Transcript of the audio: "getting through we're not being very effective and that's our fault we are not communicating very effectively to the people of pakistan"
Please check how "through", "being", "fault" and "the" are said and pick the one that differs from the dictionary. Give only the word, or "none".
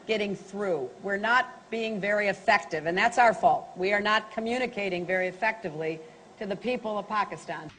none